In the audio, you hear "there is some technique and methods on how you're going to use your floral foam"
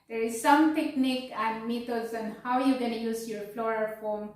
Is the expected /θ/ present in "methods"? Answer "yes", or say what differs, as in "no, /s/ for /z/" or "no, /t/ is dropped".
no, /t/ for /θ/